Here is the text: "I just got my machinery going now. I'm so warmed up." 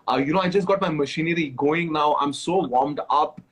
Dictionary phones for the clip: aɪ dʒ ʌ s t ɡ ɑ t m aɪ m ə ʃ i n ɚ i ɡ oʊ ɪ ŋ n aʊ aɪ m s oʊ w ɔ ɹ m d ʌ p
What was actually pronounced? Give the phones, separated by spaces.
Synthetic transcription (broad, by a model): aɪ dʒ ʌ s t ɡ ɑ t m aɪ m ə ʃ i n ɚ i ɡ oʊ ɪ ŋ n aʊ aɪ m s oʊ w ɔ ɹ m d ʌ p